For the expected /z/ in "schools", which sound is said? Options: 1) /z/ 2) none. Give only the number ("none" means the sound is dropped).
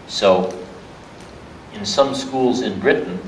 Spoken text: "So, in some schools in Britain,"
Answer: 1